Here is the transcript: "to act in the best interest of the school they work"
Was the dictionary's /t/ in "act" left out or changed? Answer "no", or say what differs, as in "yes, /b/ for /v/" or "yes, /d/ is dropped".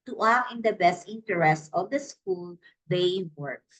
yes, /t/ is dropped